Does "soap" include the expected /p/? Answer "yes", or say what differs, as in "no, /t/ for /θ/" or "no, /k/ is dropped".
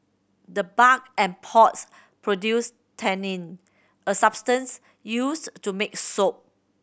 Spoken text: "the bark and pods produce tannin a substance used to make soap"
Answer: yes